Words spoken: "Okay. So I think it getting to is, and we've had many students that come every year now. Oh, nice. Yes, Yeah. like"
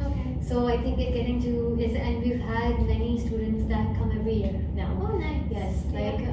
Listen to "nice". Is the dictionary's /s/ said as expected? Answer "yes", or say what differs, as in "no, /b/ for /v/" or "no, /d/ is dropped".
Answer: no, /s/ is dropped